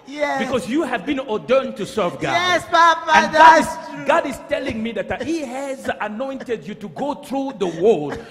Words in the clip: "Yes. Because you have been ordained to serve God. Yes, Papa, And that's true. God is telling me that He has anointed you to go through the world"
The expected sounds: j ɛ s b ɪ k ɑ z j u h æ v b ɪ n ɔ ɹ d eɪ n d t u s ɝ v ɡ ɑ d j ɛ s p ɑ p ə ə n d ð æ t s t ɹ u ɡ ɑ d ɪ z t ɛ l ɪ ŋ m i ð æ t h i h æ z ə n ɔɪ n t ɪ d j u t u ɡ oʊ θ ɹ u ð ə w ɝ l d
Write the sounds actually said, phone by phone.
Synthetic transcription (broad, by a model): j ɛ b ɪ k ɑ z j u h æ v b ɪ n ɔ d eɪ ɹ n t u s ɝ v ɡ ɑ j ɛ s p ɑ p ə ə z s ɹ ɡ ɑ d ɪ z t ɛ l ɪ ŋ m i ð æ t h i h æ z ə n ɔɪ n t ɪ d j u t u ɡ oʊ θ ɹ u ð ə w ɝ l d